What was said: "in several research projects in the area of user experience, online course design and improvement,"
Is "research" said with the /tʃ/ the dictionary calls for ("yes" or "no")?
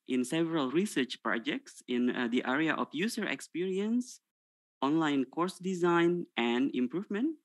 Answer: yes